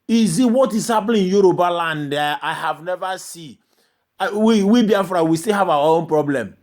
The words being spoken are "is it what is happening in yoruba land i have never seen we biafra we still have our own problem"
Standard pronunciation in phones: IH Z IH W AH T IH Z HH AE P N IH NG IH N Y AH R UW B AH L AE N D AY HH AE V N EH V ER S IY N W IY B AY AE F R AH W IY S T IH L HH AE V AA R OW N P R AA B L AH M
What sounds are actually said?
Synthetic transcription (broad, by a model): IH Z IH W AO T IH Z HH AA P L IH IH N Y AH R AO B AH L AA N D AY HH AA V N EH V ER S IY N W IY B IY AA F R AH W IY S T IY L HH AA V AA OW N P R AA B L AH M